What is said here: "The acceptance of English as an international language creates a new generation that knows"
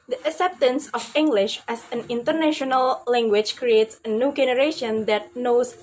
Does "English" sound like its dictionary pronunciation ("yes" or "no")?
yes